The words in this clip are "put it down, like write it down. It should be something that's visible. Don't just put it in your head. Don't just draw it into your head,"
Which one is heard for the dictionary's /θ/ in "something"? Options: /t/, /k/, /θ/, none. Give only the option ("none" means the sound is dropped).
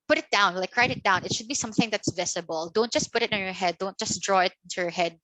/θ/